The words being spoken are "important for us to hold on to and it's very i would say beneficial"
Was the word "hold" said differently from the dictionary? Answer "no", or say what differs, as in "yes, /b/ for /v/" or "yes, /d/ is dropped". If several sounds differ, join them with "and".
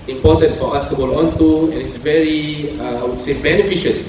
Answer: yes, /d/ is dropped